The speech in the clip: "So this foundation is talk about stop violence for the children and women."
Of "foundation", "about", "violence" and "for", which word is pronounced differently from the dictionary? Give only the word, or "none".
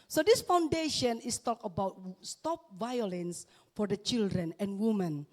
none